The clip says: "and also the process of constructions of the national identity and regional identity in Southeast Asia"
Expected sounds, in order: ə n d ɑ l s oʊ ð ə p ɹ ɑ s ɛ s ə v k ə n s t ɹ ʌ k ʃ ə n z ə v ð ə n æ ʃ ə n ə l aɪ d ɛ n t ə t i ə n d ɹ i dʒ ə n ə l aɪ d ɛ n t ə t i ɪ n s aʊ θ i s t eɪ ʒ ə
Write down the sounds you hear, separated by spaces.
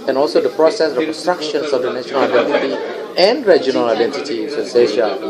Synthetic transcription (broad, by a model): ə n ɑ l s oʊ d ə p ɹ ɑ s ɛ s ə k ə n s t ɹ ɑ k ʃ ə n s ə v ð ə n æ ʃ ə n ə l aɪ d ɛ n t ə t i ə n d ɹ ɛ dʒ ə n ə l aɪ d ɛ n t ə t i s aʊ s eɪ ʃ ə